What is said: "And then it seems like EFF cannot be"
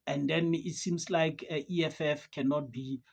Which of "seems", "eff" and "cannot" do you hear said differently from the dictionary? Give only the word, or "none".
seems